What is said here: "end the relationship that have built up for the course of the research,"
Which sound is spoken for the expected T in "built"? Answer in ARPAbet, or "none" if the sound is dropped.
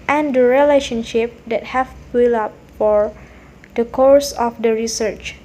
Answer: none